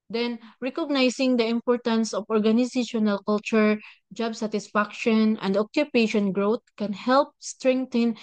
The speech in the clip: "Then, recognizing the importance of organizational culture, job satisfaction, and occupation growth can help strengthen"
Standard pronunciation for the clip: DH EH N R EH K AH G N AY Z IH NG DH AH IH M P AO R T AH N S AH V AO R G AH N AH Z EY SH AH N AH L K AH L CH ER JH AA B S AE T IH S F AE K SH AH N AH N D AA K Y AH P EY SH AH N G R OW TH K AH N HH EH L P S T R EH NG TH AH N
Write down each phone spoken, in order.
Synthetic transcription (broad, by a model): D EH N R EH K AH G N AY S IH NG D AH IH M P AO R T AH N S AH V AO R G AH N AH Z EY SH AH N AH L K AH L CH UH JH AA B S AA T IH S F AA K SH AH N AH N D AA K Y AH P EY SH AH N G R OW T K AH N HH EH L P S T R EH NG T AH N